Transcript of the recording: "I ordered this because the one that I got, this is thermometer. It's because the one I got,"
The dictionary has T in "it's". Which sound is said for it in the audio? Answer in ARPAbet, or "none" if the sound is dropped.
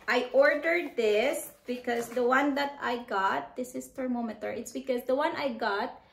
T